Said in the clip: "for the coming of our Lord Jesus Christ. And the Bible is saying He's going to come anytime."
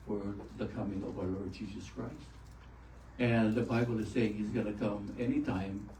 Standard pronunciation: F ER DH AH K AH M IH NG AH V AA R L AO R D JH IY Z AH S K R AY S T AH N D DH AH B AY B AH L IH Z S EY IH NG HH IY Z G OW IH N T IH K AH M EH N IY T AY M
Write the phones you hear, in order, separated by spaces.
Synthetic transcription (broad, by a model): F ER DH AH K AH M IH NG AH V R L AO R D JH IY Z AH S K R AY S T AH N DH AH B AY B L IH Z S EY IH NG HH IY Z G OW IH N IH K AH M EH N IY T AY M